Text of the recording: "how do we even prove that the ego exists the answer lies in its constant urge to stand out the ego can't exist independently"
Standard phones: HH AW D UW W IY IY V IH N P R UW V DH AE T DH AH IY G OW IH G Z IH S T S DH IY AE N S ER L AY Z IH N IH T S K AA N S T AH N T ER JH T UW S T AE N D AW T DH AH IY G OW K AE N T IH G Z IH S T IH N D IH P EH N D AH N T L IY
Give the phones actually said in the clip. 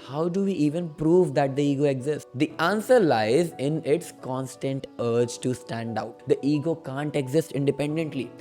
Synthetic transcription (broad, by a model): HH AW D UW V IY IY V IH N P R UW V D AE T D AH IY G OW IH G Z IH S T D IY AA N S ER L AY Z IH N IH T S K AA N S T AH N T ER JH T UW S T AE N D AW T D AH IY G OW K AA N T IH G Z IH S T IH N D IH P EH N D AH N T L IY